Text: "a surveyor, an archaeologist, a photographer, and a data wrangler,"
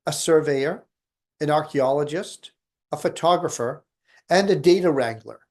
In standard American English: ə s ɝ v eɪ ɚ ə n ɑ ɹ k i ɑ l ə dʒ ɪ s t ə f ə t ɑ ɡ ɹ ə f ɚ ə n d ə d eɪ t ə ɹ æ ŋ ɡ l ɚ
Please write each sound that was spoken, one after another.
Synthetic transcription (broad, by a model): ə s ɝ v eɪ ɚ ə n ɑ ɹ k i ɑ l ə dʒ ɪ s t ə f ə t ɑ ɡ ɹ ə f ɚ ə n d ə d eɪ t ə ɹ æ ŋ ɡ l ɚ